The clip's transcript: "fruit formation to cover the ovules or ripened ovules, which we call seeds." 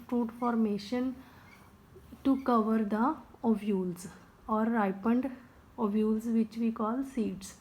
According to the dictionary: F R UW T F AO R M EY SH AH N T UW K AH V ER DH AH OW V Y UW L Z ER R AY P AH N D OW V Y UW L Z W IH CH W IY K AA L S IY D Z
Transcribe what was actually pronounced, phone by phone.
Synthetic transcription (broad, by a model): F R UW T F AO R M EY SH AH N T UW K AH V ER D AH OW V Y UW L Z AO R AY P AH N D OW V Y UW L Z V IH CH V IY K AA L S IY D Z